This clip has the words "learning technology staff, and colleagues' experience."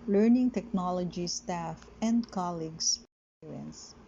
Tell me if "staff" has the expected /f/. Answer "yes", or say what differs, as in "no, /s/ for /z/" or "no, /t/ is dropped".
yes